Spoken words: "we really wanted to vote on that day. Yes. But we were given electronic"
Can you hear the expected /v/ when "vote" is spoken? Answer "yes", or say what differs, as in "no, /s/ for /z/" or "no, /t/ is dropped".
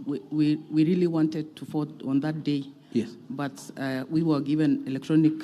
no, /f/ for /v/